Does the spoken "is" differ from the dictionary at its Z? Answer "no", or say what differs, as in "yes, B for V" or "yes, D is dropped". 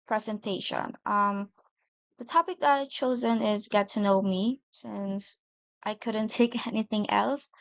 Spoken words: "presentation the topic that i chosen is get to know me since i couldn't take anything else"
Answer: no